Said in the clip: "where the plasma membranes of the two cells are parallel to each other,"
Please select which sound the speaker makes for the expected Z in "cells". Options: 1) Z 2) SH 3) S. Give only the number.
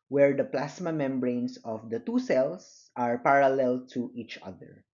3